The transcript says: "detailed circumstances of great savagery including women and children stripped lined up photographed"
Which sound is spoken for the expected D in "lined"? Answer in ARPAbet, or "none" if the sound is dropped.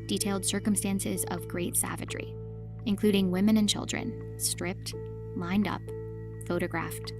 D